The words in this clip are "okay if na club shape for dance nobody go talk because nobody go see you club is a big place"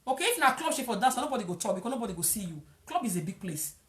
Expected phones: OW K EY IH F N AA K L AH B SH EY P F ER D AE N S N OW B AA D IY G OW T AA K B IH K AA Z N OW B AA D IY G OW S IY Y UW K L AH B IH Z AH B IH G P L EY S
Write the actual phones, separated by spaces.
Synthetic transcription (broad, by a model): OW K EY IH F N AA K L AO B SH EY F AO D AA S N OW B AA D IY G OW T AA K B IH K AA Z N OW B AA D IY G OW S IY Y UW K L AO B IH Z AH B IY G P L EY S